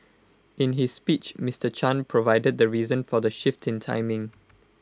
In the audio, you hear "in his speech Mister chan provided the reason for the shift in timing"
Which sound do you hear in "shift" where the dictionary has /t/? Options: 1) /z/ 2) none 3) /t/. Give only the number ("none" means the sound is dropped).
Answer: 3